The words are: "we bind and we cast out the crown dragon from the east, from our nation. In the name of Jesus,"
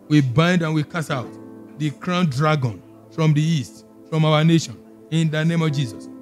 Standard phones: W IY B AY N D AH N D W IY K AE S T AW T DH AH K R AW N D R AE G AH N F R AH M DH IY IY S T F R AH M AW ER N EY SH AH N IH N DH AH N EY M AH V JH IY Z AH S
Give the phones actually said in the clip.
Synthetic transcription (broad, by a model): W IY B AY N D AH N W IY K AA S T AW T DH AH K R AW N D R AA G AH N F R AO M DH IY IY S T F R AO M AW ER N EY SH AH N IH N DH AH N EY M AH V JH IY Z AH S